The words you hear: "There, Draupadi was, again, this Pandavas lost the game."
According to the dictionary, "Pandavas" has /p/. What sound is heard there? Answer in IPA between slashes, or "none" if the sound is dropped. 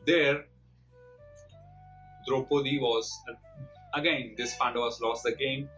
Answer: /f/